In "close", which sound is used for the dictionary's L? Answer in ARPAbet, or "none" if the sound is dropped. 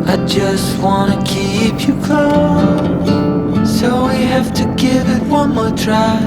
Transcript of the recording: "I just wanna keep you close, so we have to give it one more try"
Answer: none